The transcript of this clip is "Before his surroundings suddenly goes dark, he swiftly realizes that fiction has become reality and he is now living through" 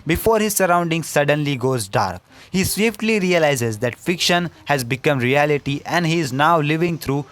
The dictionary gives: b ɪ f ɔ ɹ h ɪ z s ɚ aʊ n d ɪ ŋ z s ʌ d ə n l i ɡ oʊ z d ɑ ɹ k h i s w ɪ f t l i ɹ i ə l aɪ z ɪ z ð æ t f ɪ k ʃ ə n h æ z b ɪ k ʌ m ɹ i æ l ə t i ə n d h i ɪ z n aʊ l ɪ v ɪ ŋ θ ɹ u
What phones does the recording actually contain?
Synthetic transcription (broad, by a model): b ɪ f ɔ ɹ h ɪ z s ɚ aʊ n d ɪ ŋ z s ʌ d ə n l i ɡ oʊ z d ɑ ɹ k h i s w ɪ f t l i ɹ i ə l aɪ z ɪ z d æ t f ɪ k ʃ ə n h æ z b ɪ k ʌ m ɹ i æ l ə t i ə n d h i ɪ z n aʊ l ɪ v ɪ ŋ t ɹ u